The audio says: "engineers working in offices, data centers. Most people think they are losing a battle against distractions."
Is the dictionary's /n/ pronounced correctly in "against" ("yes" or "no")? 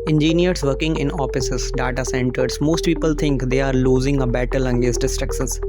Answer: no